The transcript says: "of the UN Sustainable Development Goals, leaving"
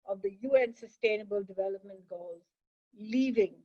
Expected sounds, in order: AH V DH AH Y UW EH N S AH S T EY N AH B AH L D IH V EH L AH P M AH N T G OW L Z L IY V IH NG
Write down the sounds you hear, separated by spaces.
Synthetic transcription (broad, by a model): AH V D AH Y UW EH N S AH S T EY N AH B AH L D IH V EH L AH P M AH N T G OW L Z L IY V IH NG